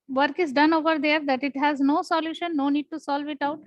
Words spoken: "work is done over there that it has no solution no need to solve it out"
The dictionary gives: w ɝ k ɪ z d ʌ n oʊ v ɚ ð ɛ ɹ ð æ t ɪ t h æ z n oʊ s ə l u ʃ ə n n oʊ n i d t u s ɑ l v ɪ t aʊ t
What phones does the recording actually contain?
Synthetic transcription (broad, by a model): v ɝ k ɪ z d ʌ n oʊ v ɚ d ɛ ɹ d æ t ɪ t h æ z n oʊ s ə l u ʃ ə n n oʊ n i d t u s ɑ l v ɪ t aʊ t